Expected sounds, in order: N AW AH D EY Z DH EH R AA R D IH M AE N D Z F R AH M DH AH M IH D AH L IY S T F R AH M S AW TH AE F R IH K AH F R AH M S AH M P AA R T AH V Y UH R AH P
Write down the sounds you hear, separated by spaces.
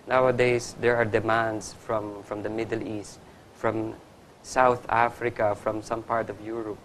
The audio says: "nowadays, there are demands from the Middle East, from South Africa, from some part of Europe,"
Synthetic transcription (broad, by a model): N AW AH D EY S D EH R AA R D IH M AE N D S F R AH M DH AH M IH D AH L IY S T F R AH M S AW TH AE F R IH K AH F R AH M S AH M P AA R T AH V Y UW R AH P